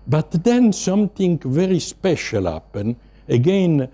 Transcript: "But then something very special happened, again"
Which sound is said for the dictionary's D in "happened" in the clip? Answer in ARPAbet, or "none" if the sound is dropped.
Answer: none